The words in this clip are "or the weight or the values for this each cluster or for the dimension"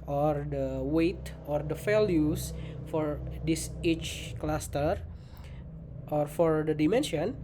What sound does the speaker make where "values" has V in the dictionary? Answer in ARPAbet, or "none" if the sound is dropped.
F